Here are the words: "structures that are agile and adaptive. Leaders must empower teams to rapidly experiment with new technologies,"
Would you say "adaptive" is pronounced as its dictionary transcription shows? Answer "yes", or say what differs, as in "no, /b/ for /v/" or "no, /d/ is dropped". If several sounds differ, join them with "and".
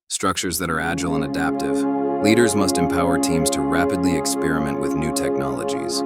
yes